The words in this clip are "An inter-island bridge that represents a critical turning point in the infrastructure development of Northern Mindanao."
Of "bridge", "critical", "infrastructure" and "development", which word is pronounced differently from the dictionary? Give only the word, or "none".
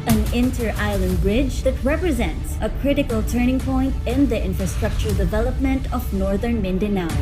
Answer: none